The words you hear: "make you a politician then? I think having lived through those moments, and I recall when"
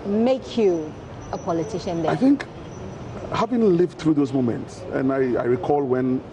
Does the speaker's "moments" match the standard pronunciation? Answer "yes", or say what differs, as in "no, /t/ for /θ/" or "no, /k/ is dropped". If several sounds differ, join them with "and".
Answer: yes